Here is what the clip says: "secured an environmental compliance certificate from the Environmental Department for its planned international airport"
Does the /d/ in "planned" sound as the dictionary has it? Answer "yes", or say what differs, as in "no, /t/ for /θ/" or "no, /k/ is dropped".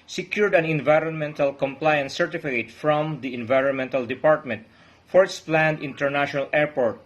yes